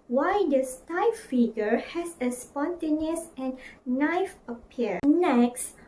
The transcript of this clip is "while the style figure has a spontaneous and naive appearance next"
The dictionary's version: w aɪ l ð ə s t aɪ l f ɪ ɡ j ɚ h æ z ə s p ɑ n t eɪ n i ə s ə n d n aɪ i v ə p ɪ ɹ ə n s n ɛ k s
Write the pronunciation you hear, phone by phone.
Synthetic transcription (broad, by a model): w aɪ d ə s t aɪ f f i ɡ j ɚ h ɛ s ə s p ɑ n t eɪ n i ə s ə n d n aɪ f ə p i ə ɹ n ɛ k s